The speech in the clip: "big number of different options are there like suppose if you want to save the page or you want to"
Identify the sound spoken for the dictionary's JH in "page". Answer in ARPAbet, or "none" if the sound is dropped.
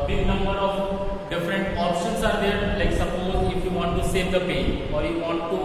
none